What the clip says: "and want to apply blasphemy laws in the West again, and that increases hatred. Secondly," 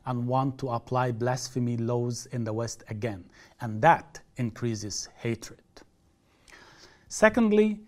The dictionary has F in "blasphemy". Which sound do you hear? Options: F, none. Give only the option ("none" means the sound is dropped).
F